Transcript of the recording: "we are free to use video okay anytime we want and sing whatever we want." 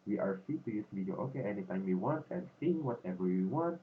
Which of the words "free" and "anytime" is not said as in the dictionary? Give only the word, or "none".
free